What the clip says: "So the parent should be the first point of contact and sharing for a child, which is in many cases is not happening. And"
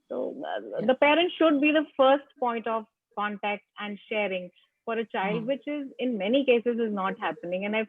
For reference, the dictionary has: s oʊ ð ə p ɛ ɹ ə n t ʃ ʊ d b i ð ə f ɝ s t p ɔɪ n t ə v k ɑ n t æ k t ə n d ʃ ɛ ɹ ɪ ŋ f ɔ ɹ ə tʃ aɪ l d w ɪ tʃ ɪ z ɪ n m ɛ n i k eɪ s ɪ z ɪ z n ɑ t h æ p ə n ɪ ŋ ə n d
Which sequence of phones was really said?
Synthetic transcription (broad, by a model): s oʊ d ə p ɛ ɹ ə n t ʃ ʊ d b i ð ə f ɝ s t p ɔɪ n t ə v k ɑ n t æ k t ə n d ʃ ɛ ɹ ɪ ŋ f ɔ ɹ ə tʃ aɪ l d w ɪ tʃ ɪ z ɪ n m ɛ n i k eɪ s ɪ z ɪ z n ɑ t h æ p ə n ɪ ŋ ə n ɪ